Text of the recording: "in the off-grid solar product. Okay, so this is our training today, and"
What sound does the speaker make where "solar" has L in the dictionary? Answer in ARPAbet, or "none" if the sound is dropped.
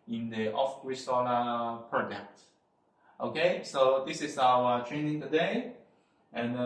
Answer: N